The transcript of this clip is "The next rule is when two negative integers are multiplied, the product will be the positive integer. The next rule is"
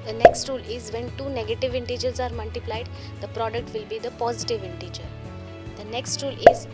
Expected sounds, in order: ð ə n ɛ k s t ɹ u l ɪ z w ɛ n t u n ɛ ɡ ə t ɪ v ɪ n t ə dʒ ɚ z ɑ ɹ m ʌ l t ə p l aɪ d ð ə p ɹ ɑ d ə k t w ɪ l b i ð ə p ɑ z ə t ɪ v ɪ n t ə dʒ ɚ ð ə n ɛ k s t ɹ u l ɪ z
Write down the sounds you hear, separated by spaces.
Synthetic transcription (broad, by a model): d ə n ɛ k s t ɹ u l ɪ z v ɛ n t u n ɛ ɡ ə t ɪ v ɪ n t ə dʒ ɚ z ɑ ɹ m ʌ l t ə p l aɪ d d ə p ɹ ɑ d ə k t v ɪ l b i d ə p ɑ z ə t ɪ v ɪ n t ə dʒ ɚ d ə n ɛ k s t ɹ u l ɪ z